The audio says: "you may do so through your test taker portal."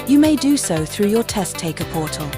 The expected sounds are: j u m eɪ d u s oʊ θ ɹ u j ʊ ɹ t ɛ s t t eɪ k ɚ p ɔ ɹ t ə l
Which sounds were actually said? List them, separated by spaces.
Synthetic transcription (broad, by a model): j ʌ m eɪ d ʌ s oʊ θ ɹ u j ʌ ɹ t ɛ s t t eɪ k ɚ p ɔ t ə l